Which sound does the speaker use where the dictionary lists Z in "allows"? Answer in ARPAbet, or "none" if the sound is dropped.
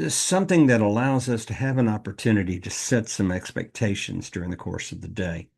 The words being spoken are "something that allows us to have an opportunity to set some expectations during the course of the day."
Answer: Z